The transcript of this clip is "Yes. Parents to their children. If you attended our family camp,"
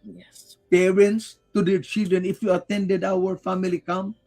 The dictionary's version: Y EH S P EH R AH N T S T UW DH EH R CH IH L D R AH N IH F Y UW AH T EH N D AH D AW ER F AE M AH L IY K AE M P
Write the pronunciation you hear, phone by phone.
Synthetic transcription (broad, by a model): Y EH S P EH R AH N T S T UW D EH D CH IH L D AH N IH F Y UW AH T EH N D AH D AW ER F AE M AH L IY K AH M